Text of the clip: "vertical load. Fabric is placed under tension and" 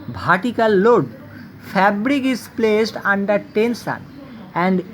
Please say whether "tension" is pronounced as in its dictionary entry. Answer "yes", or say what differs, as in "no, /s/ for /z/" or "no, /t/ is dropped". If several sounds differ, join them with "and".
no, /s/ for /ʃ/